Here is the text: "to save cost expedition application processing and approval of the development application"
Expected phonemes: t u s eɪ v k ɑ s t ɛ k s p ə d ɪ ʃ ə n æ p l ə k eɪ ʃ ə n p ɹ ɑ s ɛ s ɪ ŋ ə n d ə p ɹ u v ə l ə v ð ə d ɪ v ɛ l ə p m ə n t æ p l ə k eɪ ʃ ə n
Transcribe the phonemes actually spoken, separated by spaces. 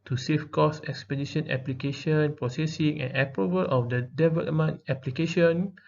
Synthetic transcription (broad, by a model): t u s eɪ f k ɑ s ɛ k s p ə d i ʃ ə n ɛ p l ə k eɪ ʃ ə n p ɹ ɑ s ɛ s ɪ ŋ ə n ə p ɹ u v ə l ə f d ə d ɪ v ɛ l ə m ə n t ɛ p l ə k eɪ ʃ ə n